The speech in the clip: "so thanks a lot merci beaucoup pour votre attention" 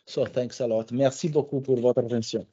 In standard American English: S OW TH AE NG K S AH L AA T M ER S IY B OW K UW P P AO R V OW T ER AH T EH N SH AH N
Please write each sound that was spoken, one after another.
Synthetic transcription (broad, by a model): S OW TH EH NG K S AH L AA T M ER S IY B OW K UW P P AO R V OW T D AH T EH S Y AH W